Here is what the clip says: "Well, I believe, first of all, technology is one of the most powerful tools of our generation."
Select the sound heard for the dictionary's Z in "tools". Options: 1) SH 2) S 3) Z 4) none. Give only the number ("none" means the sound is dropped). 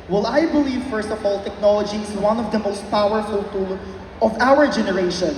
4